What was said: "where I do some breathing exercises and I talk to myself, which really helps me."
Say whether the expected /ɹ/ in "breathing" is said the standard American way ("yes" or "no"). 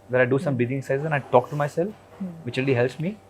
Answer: no